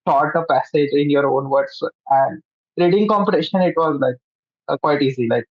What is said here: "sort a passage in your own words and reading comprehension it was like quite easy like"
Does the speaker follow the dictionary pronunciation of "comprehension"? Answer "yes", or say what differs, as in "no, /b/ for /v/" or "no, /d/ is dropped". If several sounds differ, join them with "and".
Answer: no, /ɹ/ is dropped and /n/ is dropped